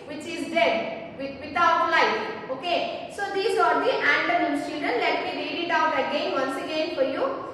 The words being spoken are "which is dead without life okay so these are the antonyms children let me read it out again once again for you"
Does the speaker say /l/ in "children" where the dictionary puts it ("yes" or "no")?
no